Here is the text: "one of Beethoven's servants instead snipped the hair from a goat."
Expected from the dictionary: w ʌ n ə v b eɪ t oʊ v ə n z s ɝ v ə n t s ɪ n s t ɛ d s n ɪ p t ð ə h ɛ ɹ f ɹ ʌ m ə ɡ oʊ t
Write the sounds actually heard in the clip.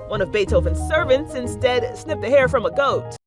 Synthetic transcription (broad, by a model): w ʌ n ə v b eɪ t oʊ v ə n s ɝ v ə n t s ɪ n s t ɛ d s n ɪ p ð ə h ɛ ɹ f ɹ ʌ m ə ɡ oʊ t